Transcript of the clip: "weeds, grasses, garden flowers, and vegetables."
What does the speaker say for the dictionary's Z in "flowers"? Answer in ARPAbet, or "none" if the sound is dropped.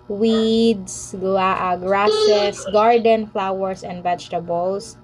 S